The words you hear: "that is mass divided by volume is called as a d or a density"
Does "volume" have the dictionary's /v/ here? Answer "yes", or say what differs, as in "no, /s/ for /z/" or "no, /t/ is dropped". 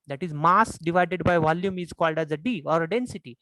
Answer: yes